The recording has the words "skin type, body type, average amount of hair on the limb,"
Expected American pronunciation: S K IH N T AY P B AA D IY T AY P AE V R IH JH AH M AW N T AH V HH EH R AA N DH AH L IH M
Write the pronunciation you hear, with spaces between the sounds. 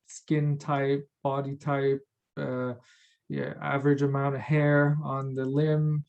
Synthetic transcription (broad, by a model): S K IH N T AY P B AA D IY T AY P AE V R IH JH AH M AW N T AH V HH EH R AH N DH AH L IH M